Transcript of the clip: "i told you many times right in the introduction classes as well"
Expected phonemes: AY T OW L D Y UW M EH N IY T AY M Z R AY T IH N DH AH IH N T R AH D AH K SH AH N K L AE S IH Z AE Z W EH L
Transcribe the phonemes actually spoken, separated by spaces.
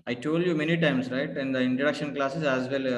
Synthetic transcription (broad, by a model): AY T OW L D Y UW M EH N IY T AY M S R AY T IH N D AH IH N T R AH D AH K SH AH N K L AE S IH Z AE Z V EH L